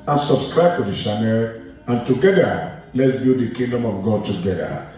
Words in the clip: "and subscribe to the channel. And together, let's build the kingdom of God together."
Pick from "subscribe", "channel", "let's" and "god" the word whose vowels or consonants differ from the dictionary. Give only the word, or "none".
channel